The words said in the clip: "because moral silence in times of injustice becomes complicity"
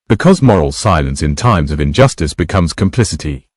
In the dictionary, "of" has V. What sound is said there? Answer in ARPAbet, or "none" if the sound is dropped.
V